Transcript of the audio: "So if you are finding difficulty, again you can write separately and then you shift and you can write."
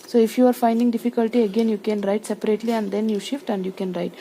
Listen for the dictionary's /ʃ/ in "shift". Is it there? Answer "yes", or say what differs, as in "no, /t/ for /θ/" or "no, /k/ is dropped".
yes